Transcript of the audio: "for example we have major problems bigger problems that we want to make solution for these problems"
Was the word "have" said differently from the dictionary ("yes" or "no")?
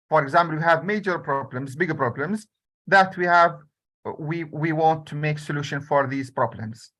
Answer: no